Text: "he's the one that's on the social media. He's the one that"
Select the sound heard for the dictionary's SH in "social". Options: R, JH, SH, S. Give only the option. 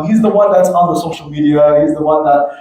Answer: SH